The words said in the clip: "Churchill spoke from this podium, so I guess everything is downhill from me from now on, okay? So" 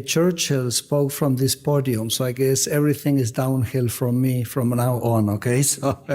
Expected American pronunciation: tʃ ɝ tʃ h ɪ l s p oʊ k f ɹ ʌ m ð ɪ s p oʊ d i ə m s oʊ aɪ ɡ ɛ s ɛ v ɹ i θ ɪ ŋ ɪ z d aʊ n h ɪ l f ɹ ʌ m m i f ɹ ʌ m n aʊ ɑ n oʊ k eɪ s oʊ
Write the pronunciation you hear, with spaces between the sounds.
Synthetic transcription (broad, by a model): tʃ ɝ tʃ h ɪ l s p oʊ k f ɹ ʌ m ð ɪ s p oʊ d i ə m s oʊ aɪ ɡ ɛ s ɛ v ɹ i θ ɪ ŋ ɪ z d aʊ n h ɪ l f ɹ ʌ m m i f ɹ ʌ m n aʊ ɑ n oʊ k eɪ s oʊ